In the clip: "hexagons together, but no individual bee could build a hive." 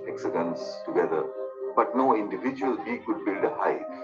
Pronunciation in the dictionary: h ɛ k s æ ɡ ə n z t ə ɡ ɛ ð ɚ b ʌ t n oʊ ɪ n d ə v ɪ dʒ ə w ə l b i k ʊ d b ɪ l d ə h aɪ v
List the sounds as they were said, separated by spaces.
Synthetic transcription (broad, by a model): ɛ k s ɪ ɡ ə n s t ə ɡ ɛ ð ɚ b ʌ t n oʊ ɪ n d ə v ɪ dʒ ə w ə l b i k ʊ d b ɪ l d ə h aɪ